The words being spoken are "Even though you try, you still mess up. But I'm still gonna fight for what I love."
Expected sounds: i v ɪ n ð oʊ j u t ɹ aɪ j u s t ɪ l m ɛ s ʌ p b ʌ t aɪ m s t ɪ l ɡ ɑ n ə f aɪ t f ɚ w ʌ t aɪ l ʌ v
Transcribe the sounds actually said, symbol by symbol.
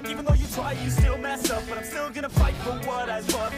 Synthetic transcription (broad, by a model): i v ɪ n ð oʊ j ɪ t ɹ aɪ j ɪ s t ɪ l m ɛ s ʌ f b ʌ t aɪ m s t ɪ l ɡ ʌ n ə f aɪ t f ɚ w ʌ t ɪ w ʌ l